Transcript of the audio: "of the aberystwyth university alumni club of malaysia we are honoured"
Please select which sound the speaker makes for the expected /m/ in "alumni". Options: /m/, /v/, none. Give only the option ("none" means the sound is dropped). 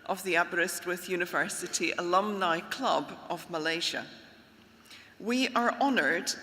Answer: /m/